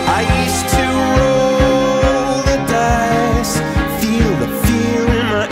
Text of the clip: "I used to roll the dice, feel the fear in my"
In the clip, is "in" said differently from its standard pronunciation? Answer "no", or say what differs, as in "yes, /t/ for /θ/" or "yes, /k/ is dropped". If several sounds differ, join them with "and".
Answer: yes, /l/ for /n/